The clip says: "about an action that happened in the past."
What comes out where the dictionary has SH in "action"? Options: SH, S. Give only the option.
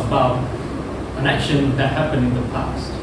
SH